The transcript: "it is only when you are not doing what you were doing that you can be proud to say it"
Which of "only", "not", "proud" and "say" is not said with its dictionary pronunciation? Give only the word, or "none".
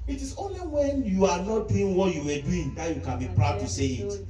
none